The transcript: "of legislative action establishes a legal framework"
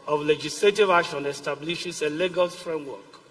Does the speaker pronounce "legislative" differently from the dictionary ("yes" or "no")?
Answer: no